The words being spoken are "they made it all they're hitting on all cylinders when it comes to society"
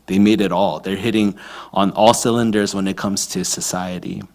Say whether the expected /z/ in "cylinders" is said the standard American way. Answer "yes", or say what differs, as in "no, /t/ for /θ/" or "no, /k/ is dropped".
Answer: yes